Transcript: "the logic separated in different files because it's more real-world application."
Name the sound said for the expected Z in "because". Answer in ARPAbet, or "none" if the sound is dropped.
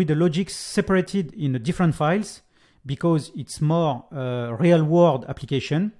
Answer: Z